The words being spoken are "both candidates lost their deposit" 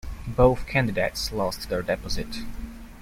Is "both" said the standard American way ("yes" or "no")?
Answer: yes